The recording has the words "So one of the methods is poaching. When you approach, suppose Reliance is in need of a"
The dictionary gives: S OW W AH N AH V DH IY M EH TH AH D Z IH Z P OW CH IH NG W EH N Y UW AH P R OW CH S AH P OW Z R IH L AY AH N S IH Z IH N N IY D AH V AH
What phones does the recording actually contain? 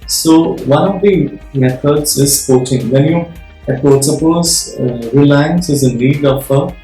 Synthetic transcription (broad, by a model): S OW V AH N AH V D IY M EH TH AH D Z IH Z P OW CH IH NG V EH N Y UW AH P OW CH S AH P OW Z R IH L AY AH N S IH Z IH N N IY D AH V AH